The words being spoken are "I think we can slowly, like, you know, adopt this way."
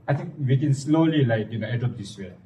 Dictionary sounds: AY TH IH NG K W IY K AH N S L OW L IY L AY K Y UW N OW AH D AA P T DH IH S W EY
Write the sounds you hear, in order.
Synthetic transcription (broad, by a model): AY T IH NG K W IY K AH N S L OW L IY L AY K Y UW N OW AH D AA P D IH S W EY